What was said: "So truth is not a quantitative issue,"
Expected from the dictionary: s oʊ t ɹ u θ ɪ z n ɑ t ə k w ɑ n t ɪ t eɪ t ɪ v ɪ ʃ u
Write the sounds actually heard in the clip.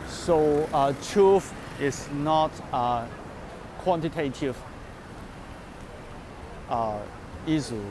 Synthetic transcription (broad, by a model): s oʊ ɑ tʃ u f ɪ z n ɑ t ə k w ɑ n t ɪ t eɪ t ɪ v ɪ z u